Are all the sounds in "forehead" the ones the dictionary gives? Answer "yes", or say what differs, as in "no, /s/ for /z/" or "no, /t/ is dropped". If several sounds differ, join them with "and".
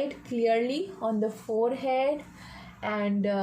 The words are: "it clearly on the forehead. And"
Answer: yes